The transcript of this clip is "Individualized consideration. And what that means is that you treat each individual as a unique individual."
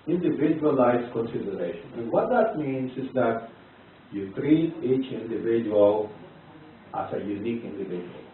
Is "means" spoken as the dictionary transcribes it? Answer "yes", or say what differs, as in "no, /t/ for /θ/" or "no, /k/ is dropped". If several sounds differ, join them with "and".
no, /s/ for /z/